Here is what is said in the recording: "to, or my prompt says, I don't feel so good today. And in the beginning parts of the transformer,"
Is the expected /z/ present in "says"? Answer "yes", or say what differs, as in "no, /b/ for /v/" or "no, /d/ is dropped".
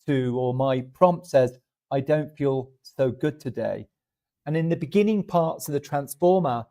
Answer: yes